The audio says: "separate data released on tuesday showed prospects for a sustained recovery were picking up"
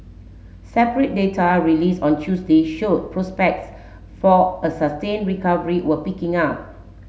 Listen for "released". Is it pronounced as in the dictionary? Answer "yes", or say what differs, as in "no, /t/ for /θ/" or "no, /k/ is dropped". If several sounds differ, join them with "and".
no, /t/ is dropped